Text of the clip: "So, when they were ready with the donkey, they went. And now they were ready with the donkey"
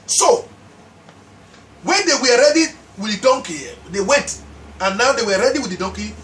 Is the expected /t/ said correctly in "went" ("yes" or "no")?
yes